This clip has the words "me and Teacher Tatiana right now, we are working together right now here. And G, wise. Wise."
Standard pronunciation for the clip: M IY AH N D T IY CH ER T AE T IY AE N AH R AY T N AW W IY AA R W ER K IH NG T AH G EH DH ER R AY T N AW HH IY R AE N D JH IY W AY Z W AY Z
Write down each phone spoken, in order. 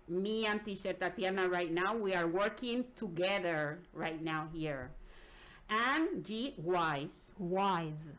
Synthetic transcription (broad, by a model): M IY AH N T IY SH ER T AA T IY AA N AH R AY T N AW W IY AA R W ER K IH NG T AH G EH DH ER R AY T N AW HH IY R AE N JH IY W AY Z W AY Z